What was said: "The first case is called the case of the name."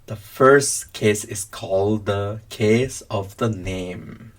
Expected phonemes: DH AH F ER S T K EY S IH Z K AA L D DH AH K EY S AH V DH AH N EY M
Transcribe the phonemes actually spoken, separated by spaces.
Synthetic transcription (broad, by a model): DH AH F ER S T K EY S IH S K AA L D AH K EY S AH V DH AH N EY M